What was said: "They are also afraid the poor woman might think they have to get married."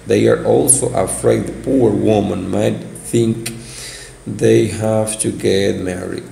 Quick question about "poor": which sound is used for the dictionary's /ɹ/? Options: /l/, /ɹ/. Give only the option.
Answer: /ɹ/